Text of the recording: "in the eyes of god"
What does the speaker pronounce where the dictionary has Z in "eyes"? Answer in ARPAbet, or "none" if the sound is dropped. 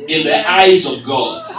Z